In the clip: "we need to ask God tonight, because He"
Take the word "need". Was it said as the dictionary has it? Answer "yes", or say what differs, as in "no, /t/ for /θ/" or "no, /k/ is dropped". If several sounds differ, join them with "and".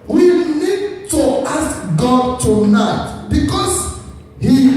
yes